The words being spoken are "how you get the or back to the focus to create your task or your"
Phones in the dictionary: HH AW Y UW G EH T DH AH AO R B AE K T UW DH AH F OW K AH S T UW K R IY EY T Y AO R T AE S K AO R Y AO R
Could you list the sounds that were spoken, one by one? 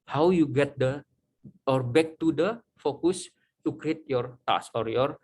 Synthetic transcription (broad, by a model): HH AW Y UW G EH T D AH AO R B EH K T UW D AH F OW K AH S T UW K R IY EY T Y AO R T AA S AO R Y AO R